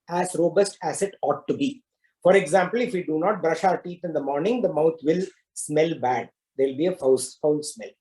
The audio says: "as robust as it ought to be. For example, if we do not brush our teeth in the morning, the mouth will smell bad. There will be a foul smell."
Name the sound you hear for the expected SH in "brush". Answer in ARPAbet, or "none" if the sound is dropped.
SH